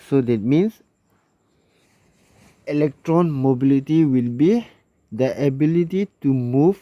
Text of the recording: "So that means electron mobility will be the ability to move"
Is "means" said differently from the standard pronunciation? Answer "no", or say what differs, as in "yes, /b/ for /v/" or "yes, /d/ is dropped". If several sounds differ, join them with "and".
yes, /s/ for /z/